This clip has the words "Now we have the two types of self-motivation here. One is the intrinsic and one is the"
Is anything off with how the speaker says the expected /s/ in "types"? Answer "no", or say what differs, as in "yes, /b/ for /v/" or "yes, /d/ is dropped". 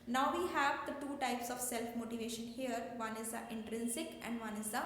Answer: no